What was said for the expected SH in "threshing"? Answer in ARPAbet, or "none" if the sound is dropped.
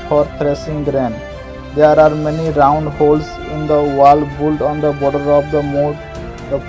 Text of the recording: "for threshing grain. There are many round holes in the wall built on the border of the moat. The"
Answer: S